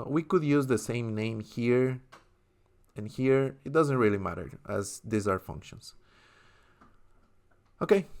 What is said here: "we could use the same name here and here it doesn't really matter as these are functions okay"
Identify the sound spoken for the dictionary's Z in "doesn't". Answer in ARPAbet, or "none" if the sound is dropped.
Z